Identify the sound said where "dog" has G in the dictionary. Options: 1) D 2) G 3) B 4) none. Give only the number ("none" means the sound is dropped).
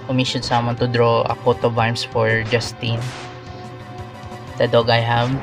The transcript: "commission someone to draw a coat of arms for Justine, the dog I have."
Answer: 2